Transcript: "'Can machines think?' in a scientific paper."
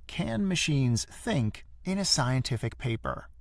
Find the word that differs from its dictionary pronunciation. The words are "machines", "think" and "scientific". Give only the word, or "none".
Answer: none